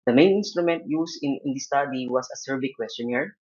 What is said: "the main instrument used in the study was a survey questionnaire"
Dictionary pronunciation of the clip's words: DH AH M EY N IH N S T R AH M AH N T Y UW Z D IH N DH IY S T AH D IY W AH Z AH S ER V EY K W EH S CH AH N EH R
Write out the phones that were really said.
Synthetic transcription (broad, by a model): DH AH M EY N IH N S T R AH M AH N T Y UW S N IH N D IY S T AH D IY W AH S AH S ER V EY K W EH S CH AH N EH R